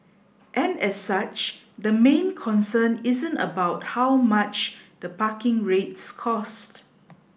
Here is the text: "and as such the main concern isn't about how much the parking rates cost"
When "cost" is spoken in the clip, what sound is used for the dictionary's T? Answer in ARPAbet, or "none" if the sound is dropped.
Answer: T